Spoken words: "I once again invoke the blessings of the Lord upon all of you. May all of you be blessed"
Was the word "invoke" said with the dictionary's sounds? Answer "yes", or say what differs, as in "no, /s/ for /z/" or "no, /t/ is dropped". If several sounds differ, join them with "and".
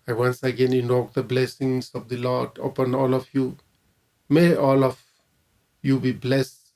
no, /v/ is dropped